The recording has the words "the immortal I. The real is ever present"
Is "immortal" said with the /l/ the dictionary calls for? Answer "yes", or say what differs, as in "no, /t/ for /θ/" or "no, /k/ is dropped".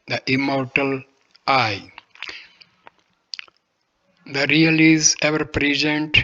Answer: yes